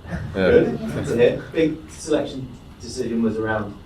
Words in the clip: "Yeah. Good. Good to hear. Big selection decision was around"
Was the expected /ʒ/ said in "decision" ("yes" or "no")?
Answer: yes